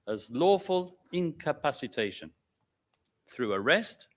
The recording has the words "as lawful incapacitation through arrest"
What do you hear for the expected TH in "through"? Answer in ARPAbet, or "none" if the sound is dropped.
TH